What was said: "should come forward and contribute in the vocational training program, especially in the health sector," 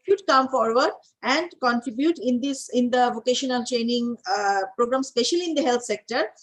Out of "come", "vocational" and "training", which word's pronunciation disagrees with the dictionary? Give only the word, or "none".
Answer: none